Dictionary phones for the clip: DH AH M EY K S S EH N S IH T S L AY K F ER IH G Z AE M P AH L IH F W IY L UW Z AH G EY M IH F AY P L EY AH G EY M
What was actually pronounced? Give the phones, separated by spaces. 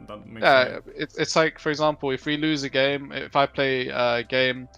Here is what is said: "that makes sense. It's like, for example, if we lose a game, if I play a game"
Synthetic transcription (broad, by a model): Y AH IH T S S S IH T S L AY K F ER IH G Z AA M P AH L IH F W IY L UW Z AH G EY M IH F AY P L EY AH G EY M